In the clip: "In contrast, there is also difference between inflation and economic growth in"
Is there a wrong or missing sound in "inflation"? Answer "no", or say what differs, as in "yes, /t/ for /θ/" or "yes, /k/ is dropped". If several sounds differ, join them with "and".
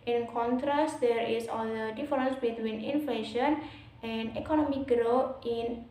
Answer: no